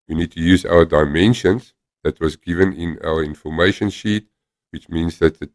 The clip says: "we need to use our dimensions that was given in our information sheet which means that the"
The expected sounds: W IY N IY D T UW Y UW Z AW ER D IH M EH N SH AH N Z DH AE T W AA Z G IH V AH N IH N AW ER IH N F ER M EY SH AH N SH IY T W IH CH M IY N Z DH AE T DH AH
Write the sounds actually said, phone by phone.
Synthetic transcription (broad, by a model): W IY N IY D T UW Y UW Z AW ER D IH M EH N SH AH N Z DH AE T W AA Z G IH V AH N IH N AW ER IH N F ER M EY SH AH N SH IY T W IH CH M IY N Z DH AE T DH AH